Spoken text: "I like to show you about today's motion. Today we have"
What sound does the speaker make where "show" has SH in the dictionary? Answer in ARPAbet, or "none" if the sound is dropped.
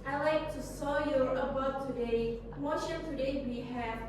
S